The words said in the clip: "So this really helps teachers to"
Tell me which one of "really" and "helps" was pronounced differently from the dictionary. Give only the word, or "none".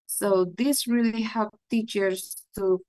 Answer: helps